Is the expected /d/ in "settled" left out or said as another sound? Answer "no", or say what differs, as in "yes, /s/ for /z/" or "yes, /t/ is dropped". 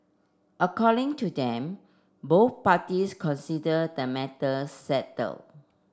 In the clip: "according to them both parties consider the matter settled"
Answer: yes, /d/ is dropped